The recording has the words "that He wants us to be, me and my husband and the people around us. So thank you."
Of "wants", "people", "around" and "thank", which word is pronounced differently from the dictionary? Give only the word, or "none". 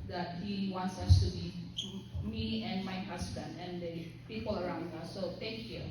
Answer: thank